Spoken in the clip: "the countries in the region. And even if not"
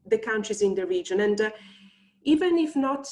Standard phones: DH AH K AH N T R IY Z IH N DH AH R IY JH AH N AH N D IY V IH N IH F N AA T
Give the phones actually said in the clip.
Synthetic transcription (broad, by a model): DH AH K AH N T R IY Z IH N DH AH R IY JH AH N AH N D IY V IH N IH F N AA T